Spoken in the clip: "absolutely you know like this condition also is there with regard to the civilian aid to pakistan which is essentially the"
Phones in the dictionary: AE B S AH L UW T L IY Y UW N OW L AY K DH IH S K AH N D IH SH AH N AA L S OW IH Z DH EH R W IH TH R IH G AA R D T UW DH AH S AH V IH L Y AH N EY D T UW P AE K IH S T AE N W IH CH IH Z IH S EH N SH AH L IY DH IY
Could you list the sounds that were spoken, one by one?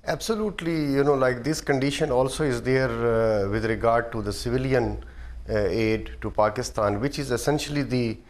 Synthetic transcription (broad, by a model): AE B S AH L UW T L IY Y UW N OW L AY K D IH S K AH N D IH SH AH N AA L S OW IH Z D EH R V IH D R IH G AA R D T UW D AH S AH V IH L Y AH N EY D T UW P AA K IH S T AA N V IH CH IH Z IH S EH N SH AH L IY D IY